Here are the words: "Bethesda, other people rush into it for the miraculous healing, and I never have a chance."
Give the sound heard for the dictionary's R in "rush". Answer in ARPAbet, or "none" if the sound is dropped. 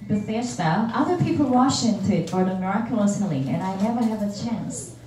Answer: W